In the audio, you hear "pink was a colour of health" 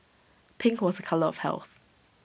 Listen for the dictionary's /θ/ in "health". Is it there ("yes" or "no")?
yes